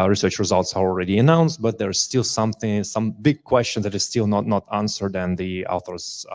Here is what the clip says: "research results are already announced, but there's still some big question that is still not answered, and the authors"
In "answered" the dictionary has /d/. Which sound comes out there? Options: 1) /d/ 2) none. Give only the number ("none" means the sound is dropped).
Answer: 1